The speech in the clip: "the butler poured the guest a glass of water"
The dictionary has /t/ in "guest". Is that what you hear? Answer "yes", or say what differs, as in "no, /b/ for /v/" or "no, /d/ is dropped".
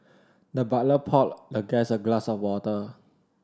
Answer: no, /t/ is dropped